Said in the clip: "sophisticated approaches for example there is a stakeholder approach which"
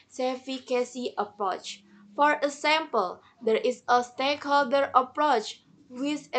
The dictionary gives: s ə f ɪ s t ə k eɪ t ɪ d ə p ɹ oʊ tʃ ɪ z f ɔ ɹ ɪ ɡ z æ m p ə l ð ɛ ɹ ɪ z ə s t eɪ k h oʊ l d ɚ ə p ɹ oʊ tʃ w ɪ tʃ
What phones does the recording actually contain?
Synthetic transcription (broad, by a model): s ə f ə k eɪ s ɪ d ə p ɹ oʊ tʃ f ɔ ɹ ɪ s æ m p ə l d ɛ ɹ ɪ s ə s t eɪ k h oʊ l d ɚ ə p ɹ oʊ tʃ w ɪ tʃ